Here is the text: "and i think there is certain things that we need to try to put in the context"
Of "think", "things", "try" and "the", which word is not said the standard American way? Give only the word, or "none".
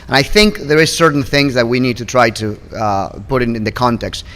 none